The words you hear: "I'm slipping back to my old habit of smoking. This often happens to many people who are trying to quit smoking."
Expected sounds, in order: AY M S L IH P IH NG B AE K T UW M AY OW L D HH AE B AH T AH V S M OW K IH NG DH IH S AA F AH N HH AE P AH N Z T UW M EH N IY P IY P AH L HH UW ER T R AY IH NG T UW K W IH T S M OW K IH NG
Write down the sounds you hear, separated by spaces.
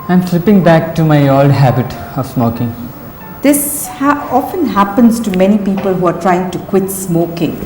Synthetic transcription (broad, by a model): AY M S L IH P IH NG B AE K T UW M AY OW L D HH AE B AH T AH V S M OW K IH NG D IH S AA F AH N HH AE P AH N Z T UW M EH N IY P IY P AH L HH UW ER T R AY IH NG T UW K W IH T S M OW K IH NG